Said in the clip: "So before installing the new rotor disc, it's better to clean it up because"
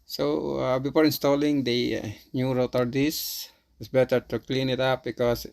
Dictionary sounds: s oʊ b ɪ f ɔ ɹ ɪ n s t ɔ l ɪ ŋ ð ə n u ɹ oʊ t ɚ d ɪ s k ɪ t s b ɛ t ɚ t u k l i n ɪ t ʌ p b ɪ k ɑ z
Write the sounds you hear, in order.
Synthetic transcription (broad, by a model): s oʊ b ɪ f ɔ ɹ ɪ n s t ɔ l ɪ ŋ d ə n u ɹ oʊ t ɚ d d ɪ s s b ɛ t ɚ t u k l i n ɪ t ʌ p b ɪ k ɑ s